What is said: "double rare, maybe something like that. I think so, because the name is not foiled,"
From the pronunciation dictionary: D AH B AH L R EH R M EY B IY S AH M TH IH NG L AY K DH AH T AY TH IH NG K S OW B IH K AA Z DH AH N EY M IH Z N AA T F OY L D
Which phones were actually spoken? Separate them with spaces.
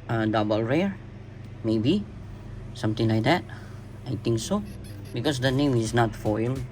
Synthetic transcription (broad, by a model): D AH B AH L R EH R M EY B IY S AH M T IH NG L AY K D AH T AY T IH NG K S OW B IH K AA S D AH N EY M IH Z N AA T F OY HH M